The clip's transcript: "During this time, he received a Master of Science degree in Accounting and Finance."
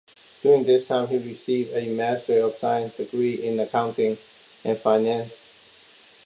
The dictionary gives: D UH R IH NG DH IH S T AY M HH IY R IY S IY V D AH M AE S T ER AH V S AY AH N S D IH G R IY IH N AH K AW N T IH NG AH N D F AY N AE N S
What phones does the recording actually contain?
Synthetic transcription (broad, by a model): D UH R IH NG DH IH S T AY M HH IY R IY S IY V D AH M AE S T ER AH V S AY AH N S D IH G R IY IH N AH K AW N T IH NG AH N F AY N AE N S